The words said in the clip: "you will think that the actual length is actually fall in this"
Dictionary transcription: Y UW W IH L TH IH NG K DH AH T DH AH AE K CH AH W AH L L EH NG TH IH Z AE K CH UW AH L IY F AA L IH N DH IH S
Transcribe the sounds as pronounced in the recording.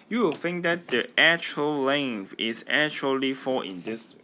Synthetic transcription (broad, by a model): Y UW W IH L F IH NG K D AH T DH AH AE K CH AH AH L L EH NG F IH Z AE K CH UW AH L IY F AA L IH N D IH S